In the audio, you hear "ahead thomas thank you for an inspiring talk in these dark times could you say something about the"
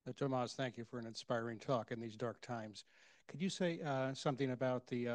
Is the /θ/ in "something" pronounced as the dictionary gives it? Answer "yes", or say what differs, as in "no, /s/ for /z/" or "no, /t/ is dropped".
yes